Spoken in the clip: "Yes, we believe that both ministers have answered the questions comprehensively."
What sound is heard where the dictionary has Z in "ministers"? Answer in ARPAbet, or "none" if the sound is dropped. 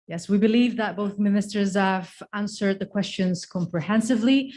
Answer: Z